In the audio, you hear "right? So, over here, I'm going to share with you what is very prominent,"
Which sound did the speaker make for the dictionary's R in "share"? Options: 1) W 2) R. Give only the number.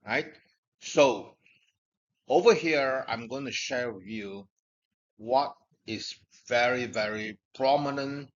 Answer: 2